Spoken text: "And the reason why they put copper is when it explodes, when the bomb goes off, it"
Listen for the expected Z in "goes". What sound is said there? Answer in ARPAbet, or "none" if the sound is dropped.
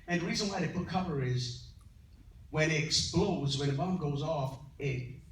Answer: Z